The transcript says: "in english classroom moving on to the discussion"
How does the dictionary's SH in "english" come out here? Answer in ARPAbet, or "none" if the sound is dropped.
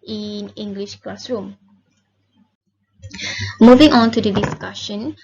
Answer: SH